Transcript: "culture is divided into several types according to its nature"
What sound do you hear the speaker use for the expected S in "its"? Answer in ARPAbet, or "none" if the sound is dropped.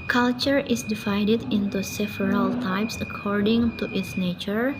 TH